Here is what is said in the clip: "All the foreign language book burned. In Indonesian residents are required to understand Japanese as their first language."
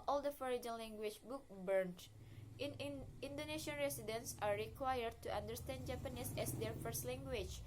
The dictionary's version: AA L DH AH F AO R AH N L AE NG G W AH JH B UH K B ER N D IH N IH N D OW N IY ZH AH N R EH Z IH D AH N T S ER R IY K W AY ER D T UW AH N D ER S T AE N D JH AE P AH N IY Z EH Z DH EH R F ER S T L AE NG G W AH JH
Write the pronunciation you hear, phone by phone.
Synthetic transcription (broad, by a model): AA L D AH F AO R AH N L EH NG G W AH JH B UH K B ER N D IH N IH N D OW N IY SH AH N R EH S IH D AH N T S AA R IY K W AY ER D T UW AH N D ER S T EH N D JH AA P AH N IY S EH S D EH R F ER S T L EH NG G W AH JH